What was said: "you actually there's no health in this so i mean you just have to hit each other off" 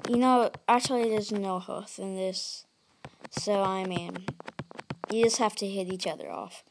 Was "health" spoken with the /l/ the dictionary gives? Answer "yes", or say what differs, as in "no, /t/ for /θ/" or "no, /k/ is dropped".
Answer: no, /l/ is dropped